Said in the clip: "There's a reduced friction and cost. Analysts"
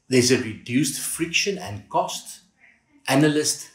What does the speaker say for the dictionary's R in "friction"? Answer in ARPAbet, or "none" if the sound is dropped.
R